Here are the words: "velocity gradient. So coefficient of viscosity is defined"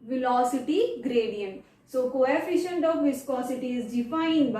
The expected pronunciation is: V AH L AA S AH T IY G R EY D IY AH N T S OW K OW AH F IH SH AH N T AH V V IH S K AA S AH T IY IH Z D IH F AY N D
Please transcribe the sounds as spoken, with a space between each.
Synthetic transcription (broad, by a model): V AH L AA S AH T IY G R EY D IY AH N T S OW K OW AH F IH SH AH N T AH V V IH S K AA S AH T IY IH Z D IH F AY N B